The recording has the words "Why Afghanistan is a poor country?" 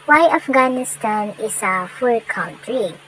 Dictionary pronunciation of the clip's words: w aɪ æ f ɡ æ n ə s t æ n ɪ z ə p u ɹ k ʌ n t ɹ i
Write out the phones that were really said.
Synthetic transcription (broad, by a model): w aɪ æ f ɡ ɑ n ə s t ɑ n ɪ s ə f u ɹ k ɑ n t ɹ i